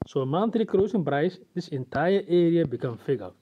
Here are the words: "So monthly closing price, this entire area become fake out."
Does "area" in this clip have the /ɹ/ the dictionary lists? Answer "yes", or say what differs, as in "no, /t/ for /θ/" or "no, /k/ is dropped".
yes